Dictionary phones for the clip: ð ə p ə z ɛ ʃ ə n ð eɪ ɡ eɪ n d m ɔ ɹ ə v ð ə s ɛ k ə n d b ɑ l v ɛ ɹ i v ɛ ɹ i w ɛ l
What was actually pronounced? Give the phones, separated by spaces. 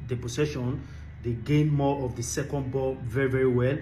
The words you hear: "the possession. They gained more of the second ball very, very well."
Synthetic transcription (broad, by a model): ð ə p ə s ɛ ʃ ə n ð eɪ ɡ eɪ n m ɔ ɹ ə v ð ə s ɛ k ə n d b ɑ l v ɛ ɹ i v ɛ ɹ i w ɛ l